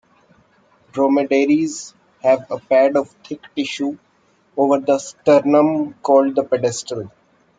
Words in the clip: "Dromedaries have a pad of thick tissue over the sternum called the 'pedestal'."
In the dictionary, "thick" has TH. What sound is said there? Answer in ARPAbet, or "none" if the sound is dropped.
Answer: T